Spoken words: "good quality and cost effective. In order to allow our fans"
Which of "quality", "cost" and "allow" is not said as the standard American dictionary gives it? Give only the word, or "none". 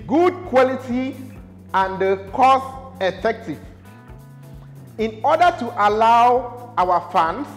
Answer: cost